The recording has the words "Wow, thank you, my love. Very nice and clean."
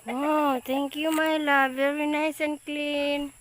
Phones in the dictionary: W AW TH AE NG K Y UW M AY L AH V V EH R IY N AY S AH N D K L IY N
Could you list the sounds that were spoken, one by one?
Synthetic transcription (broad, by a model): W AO T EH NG K Y UW M AY L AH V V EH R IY N AY S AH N K L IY N